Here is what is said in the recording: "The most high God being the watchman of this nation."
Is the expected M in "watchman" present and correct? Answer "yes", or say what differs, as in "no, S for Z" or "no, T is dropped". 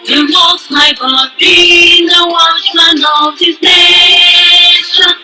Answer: no, M is dropped